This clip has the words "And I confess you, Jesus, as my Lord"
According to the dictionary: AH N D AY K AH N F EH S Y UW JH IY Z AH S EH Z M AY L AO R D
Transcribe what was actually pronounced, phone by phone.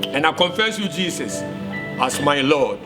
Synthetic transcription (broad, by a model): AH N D AY K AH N F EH S Y UW JH IY S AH S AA S M AY L AO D